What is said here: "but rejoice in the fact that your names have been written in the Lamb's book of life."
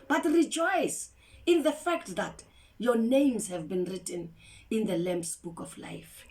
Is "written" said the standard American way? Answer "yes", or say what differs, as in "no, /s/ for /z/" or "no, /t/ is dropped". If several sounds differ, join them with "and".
yes